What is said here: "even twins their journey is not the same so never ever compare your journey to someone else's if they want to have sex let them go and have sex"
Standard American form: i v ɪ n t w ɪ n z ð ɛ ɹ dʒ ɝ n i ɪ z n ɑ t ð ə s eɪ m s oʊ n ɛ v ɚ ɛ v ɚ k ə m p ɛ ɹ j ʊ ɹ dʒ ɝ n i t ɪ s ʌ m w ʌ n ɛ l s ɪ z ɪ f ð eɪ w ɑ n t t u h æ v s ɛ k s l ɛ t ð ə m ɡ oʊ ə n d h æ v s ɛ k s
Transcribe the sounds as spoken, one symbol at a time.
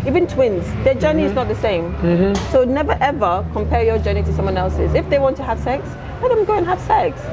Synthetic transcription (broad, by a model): i v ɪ n t w ɪ n z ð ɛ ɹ dʒ ɝ n i ɪ z n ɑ t ð ə s eɪ m s oʊ n ɛ v ɚ ɛ v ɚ k ə m p ɛ ɹ j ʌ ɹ dʒ ɝ n i t ɪ s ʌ m w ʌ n ɛ l s ɪ z ɪ f ð eɪ w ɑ n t t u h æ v s ɛ k s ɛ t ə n ɡ oʊ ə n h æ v s ɛ k s